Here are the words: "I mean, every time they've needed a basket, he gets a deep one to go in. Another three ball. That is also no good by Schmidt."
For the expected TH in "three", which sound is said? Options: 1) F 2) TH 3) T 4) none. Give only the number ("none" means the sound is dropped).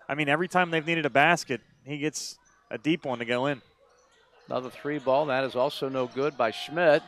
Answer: 2